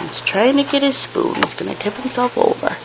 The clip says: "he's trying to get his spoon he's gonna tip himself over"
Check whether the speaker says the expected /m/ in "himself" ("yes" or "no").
yes